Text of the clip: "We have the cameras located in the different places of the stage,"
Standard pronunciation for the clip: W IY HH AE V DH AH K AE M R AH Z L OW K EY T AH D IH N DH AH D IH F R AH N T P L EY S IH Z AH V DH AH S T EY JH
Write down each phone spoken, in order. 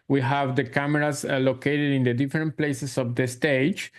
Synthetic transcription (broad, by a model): W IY HH AE V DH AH K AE M R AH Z L OW K EY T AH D IH N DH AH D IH F R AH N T P L EY S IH S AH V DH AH S T EY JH